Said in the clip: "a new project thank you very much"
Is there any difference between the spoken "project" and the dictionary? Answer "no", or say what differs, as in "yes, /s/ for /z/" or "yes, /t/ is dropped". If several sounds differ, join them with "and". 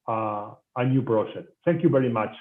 yes, /b/ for /p/ and /ʃ/ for /dʒ/